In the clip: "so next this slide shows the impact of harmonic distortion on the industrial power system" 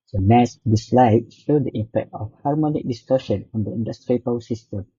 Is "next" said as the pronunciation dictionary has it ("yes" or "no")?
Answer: no